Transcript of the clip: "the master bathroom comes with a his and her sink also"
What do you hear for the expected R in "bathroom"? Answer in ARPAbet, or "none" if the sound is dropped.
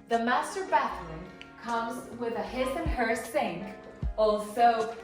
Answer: L